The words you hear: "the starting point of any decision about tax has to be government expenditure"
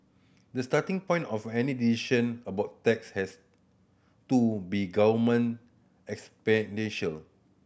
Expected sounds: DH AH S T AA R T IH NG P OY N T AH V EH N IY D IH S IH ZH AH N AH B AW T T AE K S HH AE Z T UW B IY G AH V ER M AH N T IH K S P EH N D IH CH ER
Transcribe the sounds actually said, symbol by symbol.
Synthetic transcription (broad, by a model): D AH S T AA T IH NG P OY N T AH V EH N IY D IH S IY SH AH N AH B AW T T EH K S HH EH S T UW B IY G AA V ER M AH N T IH K S P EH N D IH SH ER